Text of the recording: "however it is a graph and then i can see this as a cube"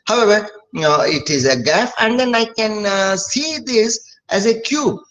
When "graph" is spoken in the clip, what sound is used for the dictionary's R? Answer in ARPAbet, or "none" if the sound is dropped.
none